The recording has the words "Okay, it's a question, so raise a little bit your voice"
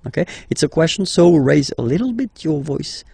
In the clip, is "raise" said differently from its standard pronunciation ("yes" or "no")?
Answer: no